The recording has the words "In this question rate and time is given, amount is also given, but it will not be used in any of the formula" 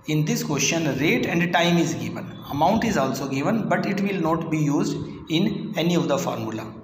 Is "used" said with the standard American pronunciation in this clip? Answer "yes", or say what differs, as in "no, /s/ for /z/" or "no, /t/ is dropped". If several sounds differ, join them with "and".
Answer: yes